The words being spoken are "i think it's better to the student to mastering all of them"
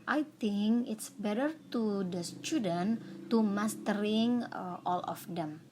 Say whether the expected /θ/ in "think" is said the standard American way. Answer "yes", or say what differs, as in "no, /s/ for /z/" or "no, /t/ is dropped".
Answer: no, /t/ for /θ/